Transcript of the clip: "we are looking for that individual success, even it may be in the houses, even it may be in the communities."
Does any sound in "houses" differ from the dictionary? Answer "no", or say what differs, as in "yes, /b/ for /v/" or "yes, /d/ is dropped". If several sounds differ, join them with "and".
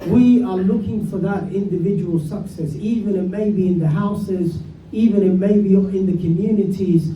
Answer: no